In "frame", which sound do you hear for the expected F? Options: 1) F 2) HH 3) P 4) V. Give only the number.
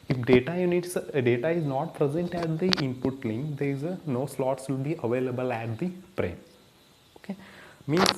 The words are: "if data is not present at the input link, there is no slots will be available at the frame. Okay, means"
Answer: 3